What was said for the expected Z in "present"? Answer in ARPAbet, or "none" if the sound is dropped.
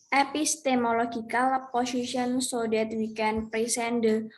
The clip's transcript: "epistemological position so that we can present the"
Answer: S